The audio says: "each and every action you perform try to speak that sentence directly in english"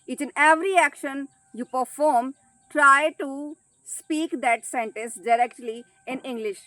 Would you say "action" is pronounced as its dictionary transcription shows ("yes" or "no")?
yes